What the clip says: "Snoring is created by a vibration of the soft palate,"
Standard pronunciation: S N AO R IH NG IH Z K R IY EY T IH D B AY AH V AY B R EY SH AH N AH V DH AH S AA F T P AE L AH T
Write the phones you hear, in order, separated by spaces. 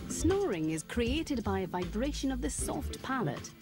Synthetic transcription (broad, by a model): S N AO R IH NG IH Z K R IY EY T IH D B AY AH V AY B R EY SH AH N AH V DH AH S AA F T P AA L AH T